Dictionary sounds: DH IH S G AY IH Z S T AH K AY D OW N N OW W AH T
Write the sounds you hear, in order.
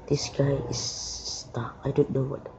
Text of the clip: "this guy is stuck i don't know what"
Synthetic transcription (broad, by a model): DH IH S G AY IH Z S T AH AY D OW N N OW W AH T